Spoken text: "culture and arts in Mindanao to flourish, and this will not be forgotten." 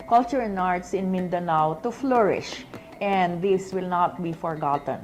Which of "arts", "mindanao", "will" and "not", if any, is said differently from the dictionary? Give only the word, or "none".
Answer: none